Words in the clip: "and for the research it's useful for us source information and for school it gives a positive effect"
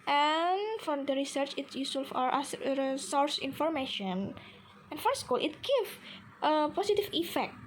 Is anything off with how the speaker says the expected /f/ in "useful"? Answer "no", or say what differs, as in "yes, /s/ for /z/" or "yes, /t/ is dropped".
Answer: yes, /f/ is dropped